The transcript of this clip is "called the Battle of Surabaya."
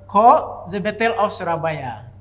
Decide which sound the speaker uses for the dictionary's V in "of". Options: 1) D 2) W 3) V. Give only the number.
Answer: 2